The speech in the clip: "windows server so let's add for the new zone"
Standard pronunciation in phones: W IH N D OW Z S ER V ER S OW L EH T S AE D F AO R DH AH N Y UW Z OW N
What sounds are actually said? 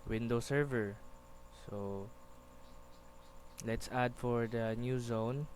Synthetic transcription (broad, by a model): W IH N D OW S ER V ER S OW L EH T S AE D F AO R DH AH N Y UW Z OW N